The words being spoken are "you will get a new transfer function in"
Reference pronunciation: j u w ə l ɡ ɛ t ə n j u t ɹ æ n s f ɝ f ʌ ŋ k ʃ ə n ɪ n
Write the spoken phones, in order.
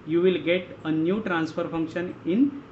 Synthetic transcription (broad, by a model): j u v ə l ɡ ɛ t ə n j u t ɹ æ n s f ɝ f ʌ ŋ k ʃ ə n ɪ n